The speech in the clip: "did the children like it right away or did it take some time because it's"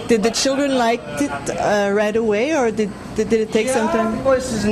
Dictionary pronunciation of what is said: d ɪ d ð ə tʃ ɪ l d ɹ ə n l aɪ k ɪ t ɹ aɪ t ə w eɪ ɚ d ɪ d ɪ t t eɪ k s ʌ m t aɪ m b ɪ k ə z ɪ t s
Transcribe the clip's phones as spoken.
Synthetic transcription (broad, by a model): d ɪ d ð ə tʃ ɪ l d ɹ ə n l aɪ k ɪ t ɹ aɪ t ə w eɪ ɚ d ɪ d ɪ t t eɪ k s ʌ m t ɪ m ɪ ə s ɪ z